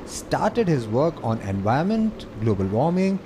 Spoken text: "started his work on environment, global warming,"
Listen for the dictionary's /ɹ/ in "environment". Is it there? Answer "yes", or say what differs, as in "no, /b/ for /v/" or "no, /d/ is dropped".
no, /ɹ/ is dropped